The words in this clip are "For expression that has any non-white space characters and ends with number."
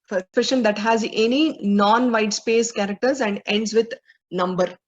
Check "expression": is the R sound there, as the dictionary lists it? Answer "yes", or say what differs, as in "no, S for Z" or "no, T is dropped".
no, R is dropped